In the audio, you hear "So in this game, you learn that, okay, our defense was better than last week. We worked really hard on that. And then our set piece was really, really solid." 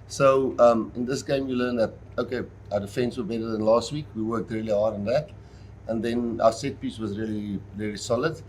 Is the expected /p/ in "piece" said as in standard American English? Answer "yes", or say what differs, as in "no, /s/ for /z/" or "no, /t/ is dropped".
yes